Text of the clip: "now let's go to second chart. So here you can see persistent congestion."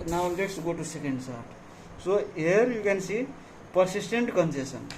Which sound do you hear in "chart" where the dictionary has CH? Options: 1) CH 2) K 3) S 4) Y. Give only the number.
3